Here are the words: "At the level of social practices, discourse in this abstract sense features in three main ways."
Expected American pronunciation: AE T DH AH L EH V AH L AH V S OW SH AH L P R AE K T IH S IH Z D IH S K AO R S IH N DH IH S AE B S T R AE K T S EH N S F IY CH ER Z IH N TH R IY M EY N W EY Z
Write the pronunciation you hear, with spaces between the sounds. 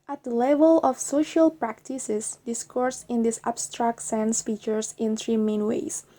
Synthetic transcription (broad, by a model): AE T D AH L EH V AH L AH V S OW SH AH L P R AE K T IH S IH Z D IH S K AO R S IH N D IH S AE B S T R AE K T S EH N S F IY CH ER S IH N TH R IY M EY N W EY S